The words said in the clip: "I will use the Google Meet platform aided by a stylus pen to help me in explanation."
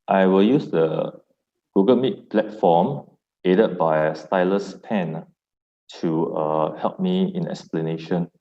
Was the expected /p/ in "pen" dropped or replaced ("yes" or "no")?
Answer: no